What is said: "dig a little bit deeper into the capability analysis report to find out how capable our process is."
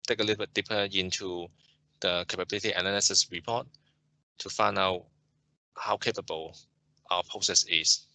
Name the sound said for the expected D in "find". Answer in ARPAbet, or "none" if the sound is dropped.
none